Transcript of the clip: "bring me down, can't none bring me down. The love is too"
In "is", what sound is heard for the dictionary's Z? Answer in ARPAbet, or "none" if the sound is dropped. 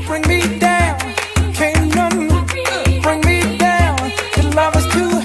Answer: S